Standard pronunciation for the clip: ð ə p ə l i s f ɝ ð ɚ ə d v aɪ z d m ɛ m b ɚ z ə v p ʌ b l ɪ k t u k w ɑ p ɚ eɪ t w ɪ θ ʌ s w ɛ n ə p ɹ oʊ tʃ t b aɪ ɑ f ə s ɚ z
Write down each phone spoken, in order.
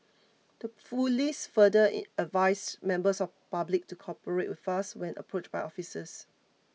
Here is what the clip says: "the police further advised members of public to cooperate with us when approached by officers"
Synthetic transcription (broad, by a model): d ə f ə l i s f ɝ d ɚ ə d v aɪ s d m ɛ m b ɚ s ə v p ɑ b l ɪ k t u k ɑ p ɚ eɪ t w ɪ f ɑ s w ɛ n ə p ɹ oʊ tʃ b aɪ ɑ f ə s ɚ s